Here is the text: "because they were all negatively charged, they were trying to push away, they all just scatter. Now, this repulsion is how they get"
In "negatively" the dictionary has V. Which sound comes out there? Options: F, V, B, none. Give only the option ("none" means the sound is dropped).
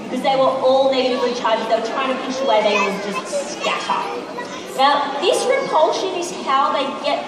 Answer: V